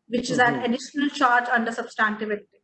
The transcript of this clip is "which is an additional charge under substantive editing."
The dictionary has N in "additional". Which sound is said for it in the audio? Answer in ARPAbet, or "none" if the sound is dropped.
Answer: N